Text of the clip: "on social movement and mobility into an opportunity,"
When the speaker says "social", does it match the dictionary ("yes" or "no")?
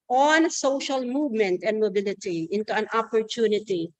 yes